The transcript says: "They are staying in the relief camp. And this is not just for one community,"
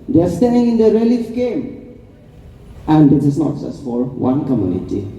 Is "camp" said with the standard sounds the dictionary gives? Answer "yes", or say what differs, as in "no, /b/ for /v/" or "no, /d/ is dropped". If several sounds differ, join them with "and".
no, /p/ is dropped